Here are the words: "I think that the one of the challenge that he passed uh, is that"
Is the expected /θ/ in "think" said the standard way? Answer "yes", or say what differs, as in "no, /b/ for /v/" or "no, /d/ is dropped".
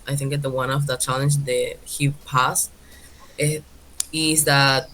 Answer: yes